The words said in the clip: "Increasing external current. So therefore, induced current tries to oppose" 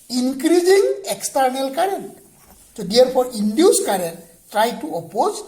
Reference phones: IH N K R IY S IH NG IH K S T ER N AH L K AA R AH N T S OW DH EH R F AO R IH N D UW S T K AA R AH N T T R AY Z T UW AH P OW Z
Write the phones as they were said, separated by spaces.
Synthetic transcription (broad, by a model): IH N K R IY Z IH NG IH K S T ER N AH L K AA R AH N T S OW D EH R P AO R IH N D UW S K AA R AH N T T R AY T UW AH P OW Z